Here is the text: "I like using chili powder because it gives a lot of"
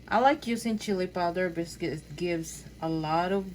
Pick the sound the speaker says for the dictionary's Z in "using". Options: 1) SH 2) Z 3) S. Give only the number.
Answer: 3